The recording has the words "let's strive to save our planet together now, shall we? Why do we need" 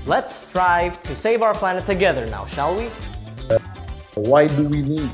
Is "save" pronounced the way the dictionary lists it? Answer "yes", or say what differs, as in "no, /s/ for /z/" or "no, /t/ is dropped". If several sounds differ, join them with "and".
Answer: yes